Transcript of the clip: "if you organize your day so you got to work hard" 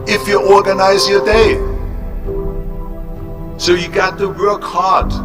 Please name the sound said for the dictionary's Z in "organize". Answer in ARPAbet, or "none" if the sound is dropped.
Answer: Z